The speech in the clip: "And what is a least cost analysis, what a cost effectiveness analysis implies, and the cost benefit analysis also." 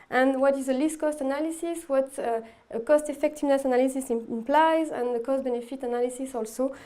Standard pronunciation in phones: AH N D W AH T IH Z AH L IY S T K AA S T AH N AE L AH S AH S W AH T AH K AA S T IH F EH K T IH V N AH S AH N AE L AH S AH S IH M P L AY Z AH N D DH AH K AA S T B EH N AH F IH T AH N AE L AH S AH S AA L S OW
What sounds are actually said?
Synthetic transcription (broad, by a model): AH N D W AH T IH Z AH L IY S T K AA S T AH N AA L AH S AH S W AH T AH K AA S T IH F EH K T IH V N AH S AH N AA L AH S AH S IH M P L AY Z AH N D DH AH K AA S T B EH N AH F IH T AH N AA L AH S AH S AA L S OW